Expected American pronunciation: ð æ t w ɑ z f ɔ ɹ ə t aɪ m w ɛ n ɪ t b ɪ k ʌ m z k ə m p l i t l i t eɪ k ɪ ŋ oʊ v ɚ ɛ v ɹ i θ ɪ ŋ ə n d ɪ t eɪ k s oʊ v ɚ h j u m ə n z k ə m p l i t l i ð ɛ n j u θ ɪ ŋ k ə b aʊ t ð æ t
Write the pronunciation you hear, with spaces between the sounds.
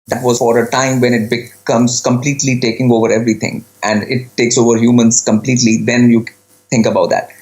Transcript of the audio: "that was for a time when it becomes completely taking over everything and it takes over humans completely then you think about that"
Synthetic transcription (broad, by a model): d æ t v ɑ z f ɔ ɹ ə t aɪ m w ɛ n ɪ t b ɪ k ʌ m z k ə m p l i t l i t eɪ k ɪ ŋ oʊ v ɚ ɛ v ɹ i t ɪ ŋ ə n d ɪ t eɪ k s oʊ v ɚ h j u m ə n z k ə m p l i t l i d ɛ n j u t ɪ ŋ k ə b aʊ t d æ t